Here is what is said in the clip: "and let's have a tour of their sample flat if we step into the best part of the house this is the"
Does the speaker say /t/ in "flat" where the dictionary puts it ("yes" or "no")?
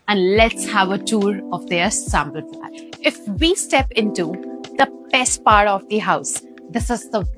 no